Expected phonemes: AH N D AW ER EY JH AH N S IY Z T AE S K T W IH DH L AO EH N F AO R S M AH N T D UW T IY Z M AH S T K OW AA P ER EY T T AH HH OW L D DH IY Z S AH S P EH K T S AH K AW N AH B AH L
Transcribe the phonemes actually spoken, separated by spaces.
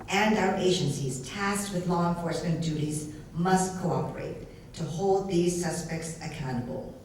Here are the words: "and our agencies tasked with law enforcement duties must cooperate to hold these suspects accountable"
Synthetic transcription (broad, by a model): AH N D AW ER EY JH AH N S IY Z T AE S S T W IH DH L AO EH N F AO R S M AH N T D UW T IY Z M AH S T K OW AA P ER EY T T AH HH OW L D DH IY Z S AH S P EH K T S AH K AW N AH B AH L